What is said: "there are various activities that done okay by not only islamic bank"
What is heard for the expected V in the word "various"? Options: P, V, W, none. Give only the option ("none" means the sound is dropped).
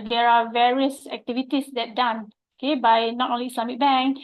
V